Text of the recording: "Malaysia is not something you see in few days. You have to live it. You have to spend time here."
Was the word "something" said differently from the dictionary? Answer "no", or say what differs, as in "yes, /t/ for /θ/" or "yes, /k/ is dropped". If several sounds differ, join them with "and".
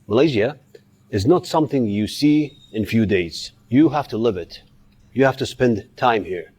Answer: no